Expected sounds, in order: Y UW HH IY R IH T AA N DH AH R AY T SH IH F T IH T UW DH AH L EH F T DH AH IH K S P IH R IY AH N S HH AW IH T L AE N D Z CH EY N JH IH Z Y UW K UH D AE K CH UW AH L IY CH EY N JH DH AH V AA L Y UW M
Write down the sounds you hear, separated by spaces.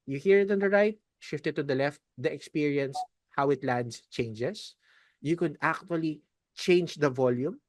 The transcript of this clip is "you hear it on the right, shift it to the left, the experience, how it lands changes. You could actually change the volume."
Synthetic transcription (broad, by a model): Y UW HH IY R IH T AA N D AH R AY T SH IH F T IH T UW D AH L EH F T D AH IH K S P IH R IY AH N S HH AW IH T L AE N D S CH EY N JH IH S Y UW K UH D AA K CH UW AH L IY CH EY N JH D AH V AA L Y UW M